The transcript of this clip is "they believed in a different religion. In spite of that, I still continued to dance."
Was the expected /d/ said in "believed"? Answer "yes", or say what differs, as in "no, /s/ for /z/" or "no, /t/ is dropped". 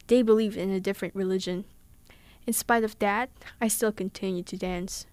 yes